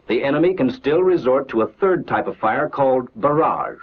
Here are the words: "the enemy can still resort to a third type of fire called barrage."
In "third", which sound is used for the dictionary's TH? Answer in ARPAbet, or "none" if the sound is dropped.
TH